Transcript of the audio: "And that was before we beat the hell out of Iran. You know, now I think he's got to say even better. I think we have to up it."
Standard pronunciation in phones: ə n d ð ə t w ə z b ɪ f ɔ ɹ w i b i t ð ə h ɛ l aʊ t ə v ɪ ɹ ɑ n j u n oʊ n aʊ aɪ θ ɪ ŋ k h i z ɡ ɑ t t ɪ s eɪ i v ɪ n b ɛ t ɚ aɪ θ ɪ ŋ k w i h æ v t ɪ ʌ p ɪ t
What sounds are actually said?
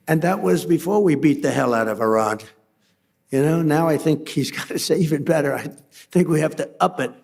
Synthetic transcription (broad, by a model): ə n ð ə t w ə z b ɪ f ɔ ɹ w i b i t ð ə h ɛ l aʊ t ə v ɪ ɹ ɑ n j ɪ n oʊ n aʊ aɪ θ ɪ ŋ k h i z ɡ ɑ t t ɪ s eɪ i v ɪ n b ɛ t ɚ aɪ θ ɪ ŋ k w i h æ f t ɪ ʌ p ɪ t